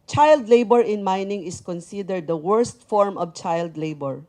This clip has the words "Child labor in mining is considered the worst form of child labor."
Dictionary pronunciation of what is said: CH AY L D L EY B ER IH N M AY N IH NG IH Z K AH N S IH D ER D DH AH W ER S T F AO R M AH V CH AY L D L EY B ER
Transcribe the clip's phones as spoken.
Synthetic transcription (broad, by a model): CH AY L D L EY B ER IH N M AY N IH NG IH S K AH N S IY D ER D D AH W ER S T F AO R M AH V CH AY L D L EY B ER